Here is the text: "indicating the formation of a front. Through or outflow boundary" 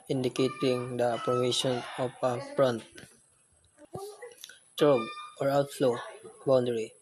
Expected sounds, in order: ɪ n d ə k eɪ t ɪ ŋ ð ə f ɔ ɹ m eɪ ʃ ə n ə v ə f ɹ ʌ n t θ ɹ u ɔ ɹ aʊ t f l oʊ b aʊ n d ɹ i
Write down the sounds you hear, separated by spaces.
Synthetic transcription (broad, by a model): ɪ n d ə k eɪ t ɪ ŋ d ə p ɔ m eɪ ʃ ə n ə p ə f ɹ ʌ n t t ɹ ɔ ɔ ɹ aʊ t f l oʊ b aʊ n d ɹ i